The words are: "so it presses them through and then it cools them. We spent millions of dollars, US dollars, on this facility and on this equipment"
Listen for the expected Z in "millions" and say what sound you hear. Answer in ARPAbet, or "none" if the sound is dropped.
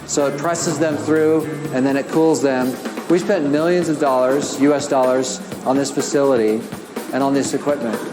Z